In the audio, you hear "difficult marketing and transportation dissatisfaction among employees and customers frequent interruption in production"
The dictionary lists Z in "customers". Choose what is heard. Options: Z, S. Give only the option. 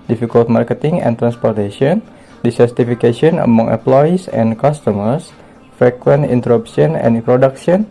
S